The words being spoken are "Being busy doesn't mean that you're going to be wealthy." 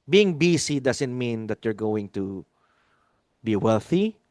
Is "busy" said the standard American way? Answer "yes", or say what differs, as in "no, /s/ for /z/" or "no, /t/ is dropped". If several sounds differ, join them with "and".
no, /s/ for /z/